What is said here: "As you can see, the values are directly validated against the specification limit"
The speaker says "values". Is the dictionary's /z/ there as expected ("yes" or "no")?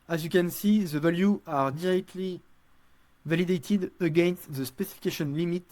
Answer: no